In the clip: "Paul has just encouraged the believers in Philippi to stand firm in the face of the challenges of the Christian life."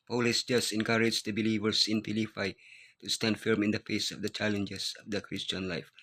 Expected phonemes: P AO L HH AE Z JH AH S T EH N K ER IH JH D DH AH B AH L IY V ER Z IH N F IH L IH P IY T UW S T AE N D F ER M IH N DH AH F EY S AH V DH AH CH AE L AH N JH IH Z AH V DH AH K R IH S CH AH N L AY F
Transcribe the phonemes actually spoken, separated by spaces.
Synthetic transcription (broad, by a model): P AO L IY S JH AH S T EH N K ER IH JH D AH B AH L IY V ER S IH N P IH L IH F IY T UW S T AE N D F ER M IH N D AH F EY S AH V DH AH CH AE L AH N JH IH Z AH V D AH K R IH S CH AH N L AY F